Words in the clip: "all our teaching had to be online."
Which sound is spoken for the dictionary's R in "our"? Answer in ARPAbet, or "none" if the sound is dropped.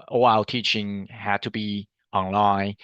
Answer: L